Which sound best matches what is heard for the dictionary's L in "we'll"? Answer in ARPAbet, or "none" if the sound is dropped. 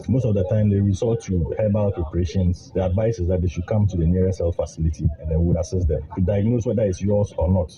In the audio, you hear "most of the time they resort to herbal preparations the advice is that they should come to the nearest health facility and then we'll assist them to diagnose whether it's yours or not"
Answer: W